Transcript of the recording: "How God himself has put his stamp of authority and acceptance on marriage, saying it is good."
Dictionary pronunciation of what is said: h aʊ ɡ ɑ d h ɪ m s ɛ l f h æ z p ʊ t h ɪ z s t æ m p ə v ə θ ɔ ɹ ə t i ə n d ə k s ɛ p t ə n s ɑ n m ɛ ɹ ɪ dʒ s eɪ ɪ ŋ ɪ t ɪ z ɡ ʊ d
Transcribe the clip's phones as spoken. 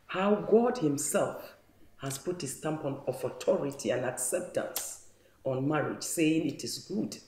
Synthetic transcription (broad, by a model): h aʊ ɡ ɑ d h ɪ m s ɛ l f h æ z p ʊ t h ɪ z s t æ m p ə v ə t ɔ ɹ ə t i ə n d ə k s ɛ p t ə n s ɑ n m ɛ ɹ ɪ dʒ s eɪ ɪ ŋ ɪ t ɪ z ɡ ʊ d